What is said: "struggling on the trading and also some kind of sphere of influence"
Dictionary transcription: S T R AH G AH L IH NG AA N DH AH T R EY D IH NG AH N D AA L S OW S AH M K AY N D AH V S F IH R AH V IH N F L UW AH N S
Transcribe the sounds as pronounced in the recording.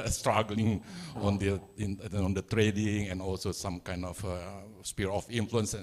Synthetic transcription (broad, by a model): S T R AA G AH L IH NG AA N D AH T R EY D IH NG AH N AA L S OW S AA M K AY N D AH F S P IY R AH F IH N F L UW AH N S